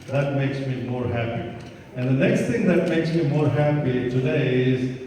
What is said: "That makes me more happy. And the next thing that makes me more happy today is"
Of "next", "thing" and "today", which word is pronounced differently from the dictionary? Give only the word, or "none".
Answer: thing